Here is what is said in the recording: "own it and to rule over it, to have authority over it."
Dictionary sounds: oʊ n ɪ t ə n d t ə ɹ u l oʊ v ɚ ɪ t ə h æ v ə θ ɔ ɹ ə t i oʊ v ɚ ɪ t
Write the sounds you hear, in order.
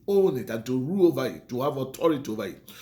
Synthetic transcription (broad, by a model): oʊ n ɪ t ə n t ə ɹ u oʊ v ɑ ɪ t ə h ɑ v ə t ɔ ɹ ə t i oʊ v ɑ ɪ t